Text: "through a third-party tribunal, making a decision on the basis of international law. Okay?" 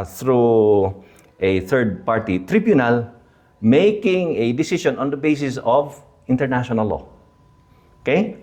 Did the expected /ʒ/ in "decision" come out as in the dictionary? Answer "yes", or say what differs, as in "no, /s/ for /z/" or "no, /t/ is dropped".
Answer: no, /ʃ/ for /ʒ/